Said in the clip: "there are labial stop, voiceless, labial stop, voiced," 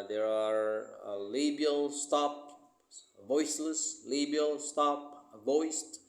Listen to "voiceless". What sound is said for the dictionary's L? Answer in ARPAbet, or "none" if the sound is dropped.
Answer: L